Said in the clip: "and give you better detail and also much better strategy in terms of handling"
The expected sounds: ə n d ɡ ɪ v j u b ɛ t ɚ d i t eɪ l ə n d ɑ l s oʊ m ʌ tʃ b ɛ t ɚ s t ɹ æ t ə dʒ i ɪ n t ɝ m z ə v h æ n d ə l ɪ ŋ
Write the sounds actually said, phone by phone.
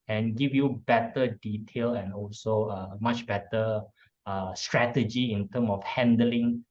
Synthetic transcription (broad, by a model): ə n ɡ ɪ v j u b ɛ t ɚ d i t eɪ l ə n ɑ l s oʊ m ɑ tʃ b ɛ t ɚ s t ɹ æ t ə dʒ i ɪ n t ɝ m ə f h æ n d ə l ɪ ŋ